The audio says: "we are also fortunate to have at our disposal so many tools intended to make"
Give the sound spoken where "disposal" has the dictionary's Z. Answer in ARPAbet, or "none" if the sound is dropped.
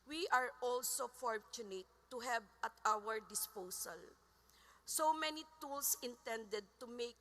S